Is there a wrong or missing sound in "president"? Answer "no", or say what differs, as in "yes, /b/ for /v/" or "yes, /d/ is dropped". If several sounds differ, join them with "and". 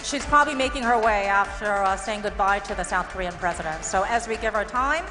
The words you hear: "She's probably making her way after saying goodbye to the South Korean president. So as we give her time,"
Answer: no